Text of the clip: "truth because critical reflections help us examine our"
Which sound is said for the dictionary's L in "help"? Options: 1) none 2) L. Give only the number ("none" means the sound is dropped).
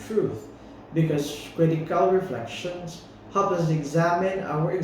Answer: 1